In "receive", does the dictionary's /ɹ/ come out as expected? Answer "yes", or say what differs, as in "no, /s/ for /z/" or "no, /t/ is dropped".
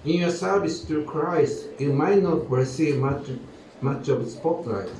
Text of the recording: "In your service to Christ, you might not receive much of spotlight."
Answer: no, /w/ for /ɹ/